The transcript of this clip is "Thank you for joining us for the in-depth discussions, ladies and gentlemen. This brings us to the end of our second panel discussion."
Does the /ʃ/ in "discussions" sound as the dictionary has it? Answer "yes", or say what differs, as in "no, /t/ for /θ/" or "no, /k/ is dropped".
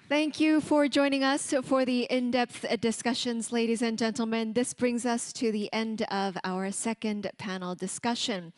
yes